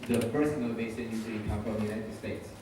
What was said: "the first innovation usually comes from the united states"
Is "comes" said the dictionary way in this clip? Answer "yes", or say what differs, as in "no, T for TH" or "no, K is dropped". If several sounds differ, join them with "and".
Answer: no, Z is dropped